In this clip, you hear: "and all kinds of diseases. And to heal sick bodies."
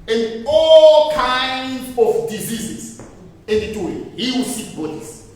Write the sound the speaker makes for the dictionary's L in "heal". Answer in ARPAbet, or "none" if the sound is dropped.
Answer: W